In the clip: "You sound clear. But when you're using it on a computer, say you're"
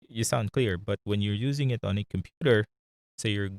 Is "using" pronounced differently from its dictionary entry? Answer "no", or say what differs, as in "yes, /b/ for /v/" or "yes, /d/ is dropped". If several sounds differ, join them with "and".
no